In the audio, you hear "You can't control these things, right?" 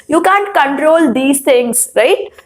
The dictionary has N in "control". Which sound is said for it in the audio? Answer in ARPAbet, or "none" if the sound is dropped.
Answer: N